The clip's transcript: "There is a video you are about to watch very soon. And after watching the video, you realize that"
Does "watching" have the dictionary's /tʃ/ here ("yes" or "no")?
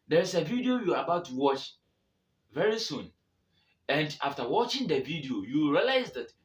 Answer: yes